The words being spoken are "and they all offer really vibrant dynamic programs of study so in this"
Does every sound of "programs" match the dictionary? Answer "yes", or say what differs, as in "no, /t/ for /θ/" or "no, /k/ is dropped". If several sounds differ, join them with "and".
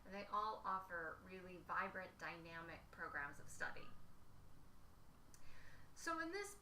yes